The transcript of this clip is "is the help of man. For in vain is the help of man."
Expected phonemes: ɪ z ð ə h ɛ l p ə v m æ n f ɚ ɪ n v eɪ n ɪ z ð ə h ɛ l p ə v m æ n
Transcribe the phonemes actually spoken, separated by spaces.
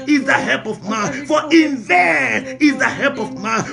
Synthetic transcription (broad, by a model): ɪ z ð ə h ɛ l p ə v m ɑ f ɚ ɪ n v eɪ ɪ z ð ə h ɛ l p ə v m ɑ